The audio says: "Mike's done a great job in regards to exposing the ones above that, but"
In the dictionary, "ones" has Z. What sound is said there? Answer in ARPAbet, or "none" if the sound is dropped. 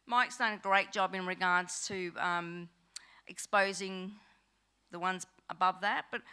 Z